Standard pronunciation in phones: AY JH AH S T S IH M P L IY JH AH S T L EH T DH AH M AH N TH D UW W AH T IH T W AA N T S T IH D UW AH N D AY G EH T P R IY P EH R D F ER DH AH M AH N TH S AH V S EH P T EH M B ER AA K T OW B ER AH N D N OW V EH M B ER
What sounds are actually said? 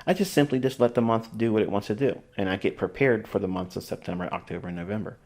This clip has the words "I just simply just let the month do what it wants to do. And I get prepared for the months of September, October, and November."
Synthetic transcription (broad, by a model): AY JH AH S T S IH M P L IY JH AH S T L EH T DH AH M AH N TH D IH W AH T IH T W AA N T S T IH D UW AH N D AY G EH T P R IY P EH R D F ER DH AH M AH N TH S AH V S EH P T EH M B ER AA K T OW B ER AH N N OW V EH M B ER